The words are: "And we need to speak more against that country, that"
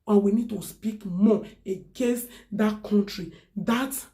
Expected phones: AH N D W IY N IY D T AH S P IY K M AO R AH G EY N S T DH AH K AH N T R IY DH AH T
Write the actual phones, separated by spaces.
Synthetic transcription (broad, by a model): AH W IY N IY D T AH S P IY K M AO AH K EY S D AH K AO N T R IY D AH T